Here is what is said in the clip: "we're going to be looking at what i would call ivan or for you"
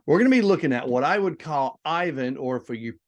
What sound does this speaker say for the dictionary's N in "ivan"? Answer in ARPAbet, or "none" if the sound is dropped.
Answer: N